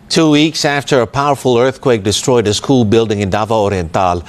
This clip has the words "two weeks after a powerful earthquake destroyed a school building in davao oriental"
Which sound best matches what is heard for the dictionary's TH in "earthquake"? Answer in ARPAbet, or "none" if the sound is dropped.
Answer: TH